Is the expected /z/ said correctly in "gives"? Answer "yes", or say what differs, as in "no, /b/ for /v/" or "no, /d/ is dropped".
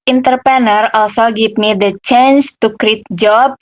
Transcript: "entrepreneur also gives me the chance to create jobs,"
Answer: no, /z/ is dropped